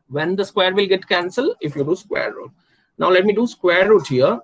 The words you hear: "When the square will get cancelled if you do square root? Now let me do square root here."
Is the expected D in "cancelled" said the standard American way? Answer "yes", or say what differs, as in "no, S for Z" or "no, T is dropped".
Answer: no, D is dropped